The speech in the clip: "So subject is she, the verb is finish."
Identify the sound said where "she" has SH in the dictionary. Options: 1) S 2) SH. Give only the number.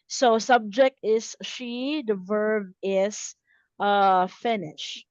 2